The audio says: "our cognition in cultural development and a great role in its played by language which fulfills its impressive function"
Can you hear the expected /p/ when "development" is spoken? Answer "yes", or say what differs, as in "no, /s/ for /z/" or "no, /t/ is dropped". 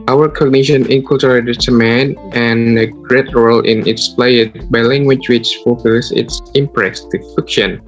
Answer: no, /p/ is dropped